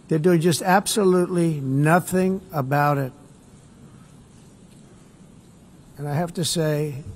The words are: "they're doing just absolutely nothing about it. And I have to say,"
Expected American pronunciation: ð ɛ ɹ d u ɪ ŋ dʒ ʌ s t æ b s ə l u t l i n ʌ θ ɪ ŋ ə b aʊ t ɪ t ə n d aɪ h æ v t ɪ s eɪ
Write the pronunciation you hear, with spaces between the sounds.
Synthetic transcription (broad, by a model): ð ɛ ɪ d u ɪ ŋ dʒ ʌ s t æ b s ə l u t l i n ʌ θ ɪ ŋ ə b aʊ t ɪ t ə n aɪ h æ f t ɪ s eɪ